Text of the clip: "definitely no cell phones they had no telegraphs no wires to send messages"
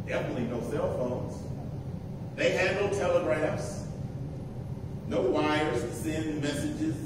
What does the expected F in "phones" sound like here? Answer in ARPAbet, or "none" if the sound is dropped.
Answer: F